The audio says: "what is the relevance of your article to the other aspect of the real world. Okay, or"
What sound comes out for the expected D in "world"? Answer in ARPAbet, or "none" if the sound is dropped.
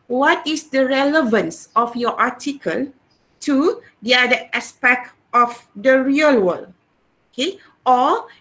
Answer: none